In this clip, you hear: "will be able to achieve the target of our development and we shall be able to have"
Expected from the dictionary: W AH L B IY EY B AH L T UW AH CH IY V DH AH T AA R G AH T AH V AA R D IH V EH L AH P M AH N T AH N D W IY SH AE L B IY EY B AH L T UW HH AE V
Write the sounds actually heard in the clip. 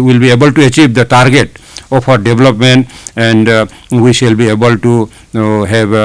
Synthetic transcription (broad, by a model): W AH L B IY EY B AH L T UW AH CH IY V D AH T AA R G AH T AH P AA R D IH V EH L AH P M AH N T AH N D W IY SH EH L B IY EY B AH L T UW HH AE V